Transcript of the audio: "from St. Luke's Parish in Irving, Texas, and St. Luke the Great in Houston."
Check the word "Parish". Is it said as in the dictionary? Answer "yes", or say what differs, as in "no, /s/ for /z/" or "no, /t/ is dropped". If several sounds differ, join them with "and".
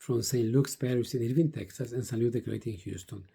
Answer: no, /s/ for /ʃ/